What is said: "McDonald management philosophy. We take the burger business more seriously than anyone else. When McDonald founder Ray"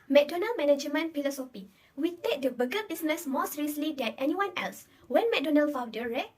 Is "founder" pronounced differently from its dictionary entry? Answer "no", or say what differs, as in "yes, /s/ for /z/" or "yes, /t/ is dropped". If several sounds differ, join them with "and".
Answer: yes, /n/ is dropped